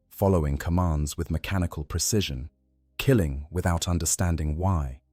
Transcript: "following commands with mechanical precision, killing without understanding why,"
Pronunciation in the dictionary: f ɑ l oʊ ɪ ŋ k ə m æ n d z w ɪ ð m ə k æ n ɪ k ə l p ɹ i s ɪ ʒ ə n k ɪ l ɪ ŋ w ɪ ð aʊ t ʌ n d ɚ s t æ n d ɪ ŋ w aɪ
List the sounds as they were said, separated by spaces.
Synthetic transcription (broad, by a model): f ɑ l oʊ ɪ ŋ k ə m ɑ n d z w ɪ ð m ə k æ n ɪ k ə l p ɹ i s ɪ ʒ ə n k ɪ l ɪ ŋ w ɪ ð aʊ t ʌ n d ɚ s t æ n d ɪ ŋ w aɪ